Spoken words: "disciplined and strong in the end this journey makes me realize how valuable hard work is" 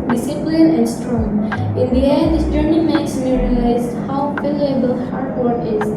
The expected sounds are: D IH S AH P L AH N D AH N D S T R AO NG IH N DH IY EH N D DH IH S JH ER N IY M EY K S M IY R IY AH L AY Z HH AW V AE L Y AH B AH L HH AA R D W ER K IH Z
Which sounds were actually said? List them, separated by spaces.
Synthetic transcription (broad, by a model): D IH S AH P L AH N AH N D S T R AO NG IH N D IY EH D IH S JH ER N IY M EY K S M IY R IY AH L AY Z HH AW P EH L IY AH B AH L HH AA R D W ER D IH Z